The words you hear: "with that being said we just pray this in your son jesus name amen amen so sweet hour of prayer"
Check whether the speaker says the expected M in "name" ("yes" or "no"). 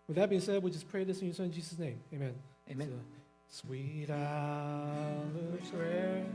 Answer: no